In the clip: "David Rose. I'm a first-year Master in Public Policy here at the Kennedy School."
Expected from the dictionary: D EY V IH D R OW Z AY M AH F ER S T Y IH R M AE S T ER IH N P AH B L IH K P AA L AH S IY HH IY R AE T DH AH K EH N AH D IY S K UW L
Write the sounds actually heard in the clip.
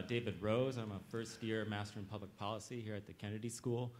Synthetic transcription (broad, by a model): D EY V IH D R OW Z AY M AH F ER S T Y IH R M AE S T ER IH N P AH B L IH K P AA L AH S IY HH IY R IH T DH AH K EH N AH D IY S K UW L